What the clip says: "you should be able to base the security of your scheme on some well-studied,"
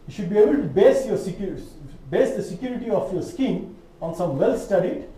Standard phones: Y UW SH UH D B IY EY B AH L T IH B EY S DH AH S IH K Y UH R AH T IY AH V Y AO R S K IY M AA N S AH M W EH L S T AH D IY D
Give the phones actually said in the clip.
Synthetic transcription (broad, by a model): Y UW SH UH D B IY EY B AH L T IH B EY S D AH S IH K Y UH R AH T IY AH F Y AO R S K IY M AA N S AH M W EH L S T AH D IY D